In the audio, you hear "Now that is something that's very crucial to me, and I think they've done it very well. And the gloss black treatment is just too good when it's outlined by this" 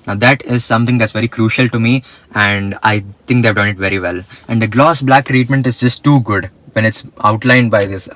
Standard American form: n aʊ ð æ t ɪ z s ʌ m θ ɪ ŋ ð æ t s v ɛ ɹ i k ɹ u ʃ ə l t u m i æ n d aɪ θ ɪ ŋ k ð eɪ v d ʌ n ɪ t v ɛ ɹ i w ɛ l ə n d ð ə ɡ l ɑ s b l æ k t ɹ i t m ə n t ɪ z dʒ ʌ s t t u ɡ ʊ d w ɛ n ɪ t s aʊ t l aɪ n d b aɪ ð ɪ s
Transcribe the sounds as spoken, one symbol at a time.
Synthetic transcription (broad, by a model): n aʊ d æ t ɪ z s ʌ m t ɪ ŋ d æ t s v ɛ ɹ i k ɹ u ʃ ə l t u m i æ n d aɪ t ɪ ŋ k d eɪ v d ʌ n ɪ t v ɛ ɹ i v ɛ l ə n d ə ɡ l ɑ s b l æ k t ɹ i t m ə n t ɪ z dʒ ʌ s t t u ɡ ʊ d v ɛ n ɪ t s aʊ t l aɪ n d b aɪ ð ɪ s